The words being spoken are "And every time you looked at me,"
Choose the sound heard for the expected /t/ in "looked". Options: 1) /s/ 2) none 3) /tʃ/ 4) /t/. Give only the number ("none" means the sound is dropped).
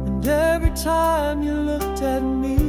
4